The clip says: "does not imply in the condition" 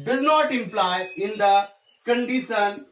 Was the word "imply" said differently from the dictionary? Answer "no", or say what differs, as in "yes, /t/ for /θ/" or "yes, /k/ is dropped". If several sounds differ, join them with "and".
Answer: no